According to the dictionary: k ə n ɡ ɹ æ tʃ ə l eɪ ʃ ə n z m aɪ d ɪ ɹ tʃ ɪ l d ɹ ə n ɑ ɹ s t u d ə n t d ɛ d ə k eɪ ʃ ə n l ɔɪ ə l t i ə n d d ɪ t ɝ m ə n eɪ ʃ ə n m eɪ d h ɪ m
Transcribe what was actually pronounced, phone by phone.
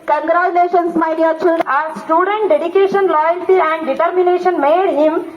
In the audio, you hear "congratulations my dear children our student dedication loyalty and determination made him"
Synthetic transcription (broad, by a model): k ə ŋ ɡ ɹ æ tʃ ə l eɪ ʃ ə n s m aɪ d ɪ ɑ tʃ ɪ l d ə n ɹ s t u d ə n t d ɛ d ə k eɪ ʃ ə n l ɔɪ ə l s i ə n d d ɪ t ɝ m ə n eɪ ʃ ə n m eɪ d h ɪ m